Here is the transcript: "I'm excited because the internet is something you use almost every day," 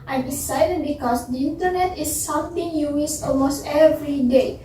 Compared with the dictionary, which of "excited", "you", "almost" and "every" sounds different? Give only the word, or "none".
excited